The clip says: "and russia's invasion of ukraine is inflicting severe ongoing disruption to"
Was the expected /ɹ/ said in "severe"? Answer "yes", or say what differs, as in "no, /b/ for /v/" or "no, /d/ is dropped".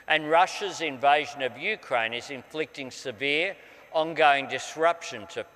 yes